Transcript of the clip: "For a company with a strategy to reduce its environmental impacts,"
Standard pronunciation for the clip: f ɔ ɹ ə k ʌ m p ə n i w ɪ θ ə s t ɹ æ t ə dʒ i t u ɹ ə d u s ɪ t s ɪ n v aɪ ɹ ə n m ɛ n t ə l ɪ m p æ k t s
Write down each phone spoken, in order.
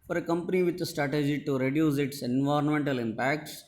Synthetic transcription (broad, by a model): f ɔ ɹ ə k ʌ m p ə n i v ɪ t ə s t ɹ æ t ə dʒ i t u ɹ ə d u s ɪ t s ɪ n v aɪ ɹ ə n m ɛ n t ə l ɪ m p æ k t s